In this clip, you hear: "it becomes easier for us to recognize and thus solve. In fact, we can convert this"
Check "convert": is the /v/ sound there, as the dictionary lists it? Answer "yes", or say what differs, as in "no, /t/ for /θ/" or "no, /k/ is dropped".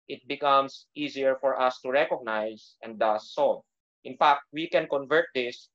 yes